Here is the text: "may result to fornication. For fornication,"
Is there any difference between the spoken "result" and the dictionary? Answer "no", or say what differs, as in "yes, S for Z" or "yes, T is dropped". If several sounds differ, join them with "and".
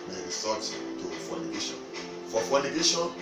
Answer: yes, S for Z and L is dropped